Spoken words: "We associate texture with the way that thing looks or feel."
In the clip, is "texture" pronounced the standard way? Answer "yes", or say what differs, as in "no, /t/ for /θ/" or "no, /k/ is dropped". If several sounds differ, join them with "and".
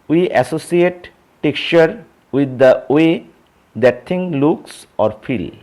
no, /s/ is dropped